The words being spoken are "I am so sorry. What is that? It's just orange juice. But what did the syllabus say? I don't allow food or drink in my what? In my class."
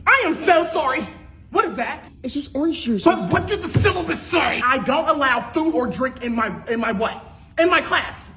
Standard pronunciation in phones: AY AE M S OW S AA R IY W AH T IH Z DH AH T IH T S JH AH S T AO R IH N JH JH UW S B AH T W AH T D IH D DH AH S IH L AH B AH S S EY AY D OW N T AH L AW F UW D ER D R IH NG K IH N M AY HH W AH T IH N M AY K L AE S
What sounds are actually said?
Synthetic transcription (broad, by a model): AY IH M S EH S AA R IY W AH T IH Z DH AH T IH T S JH AH S T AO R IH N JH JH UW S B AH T W AH T D IH D DH AH S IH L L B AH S S EY AY D OW N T AH L AW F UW ER D R IH NG K IH N M AY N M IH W IH N M AY K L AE S